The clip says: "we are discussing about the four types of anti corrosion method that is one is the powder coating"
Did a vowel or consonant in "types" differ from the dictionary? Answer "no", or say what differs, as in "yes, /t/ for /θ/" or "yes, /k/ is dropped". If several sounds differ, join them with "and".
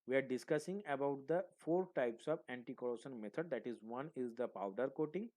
no